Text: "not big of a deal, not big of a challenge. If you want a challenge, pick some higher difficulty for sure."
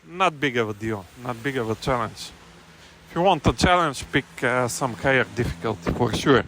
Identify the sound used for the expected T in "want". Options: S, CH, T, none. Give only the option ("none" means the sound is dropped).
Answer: T